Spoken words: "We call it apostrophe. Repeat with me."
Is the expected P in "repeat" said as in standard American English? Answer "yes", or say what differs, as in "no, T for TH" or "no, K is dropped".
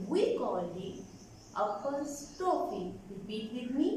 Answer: no, B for P